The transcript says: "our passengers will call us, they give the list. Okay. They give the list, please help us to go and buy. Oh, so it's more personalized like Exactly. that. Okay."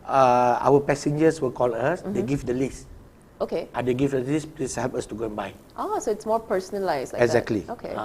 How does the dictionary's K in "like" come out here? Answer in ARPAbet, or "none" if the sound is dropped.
none